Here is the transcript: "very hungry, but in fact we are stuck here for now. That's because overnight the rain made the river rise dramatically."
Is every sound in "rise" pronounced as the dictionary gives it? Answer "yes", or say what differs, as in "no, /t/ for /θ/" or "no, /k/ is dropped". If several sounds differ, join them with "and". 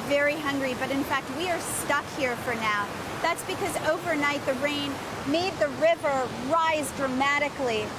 yes